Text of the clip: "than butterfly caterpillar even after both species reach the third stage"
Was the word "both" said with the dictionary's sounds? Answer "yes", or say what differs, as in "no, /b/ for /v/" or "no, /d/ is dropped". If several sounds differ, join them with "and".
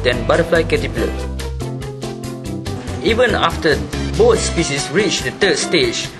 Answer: no, /t/ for /θ/